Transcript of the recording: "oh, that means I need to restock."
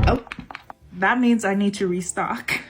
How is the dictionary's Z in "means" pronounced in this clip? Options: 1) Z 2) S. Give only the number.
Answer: 1